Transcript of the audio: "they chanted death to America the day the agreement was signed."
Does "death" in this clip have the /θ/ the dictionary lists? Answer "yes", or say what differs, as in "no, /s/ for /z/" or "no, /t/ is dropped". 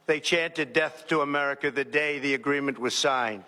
yes